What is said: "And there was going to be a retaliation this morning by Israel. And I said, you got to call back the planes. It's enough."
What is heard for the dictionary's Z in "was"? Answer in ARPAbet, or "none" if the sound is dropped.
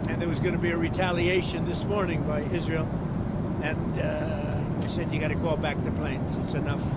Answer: Z